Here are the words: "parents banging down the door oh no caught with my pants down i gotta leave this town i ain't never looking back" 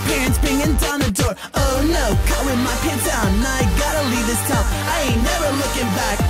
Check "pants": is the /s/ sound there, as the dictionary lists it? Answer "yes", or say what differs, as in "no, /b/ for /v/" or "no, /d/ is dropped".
no, /s/ is dropped